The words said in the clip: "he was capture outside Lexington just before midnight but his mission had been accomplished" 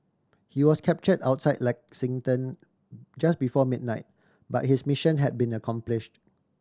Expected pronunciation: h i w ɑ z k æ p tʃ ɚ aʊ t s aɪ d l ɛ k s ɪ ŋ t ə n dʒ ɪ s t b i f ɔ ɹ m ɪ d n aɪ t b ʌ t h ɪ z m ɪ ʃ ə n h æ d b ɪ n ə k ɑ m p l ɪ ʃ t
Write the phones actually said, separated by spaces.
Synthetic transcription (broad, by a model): h i w ɑ s k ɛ p tʃ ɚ aʊ t s aɪ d l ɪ k s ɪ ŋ t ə n dʒ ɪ s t b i f ɔ m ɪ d n aɪ t b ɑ t h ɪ s m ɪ ʃ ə n h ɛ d b ɪ n ə k ɑ m p l ɪ ʃ t